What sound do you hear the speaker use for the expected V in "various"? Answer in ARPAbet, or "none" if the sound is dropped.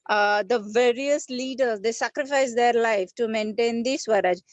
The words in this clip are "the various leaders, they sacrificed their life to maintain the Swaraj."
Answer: V